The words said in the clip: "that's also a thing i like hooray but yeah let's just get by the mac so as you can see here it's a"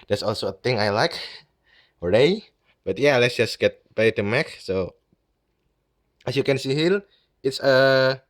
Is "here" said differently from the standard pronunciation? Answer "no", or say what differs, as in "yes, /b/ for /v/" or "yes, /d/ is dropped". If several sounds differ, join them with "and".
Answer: yes, /l/ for /ɹ/